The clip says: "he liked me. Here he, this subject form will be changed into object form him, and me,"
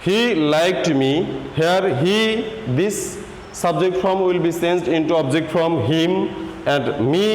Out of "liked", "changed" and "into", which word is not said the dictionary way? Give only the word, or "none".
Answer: changed